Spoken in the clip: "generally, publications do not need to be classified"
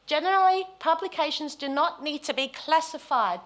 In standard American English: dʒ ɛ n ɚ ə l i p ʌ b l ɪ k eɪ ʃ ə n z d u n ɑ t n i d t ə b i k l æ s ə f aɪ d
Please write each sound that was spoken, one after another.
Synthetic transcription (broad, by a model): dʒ ɛ n ɚ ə l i p ʌ b l ɪ k eɪ ʃ ə n z d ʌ n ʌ t n i d t ə b i k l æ s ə f aɪ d